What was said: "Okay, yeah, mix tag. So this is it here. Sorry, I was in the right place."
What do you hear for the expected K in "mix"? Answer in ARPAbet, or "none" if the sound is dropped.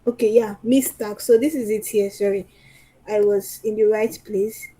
none